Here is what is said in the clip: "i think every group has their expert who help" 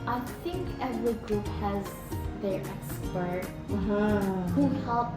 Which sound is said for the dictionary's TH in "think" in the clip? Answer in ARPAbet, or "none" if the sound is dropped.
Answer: TH